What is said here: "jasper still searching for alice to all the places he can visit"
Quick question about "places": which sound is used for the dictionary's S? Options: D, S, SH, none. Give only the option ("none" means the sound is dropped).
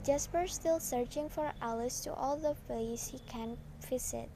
none